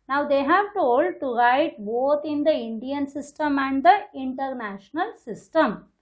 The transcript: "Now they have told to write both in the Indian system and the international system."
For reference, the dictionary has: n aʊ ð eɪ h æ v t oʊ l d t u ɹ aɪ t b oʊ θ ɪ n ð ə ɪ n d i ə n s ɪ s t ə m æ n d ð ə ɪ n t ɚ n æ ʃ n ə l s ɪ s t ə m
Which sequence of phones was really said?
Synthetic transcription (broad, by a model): n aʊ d eɪ h æ v t oʊ l d t u ɹ aɪ t b oʊ t ɪ n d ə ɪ n d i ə n s ɪ s t ə m æ n d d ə ɪ n t ɚ n æ ʃ n ə l s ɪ s t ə m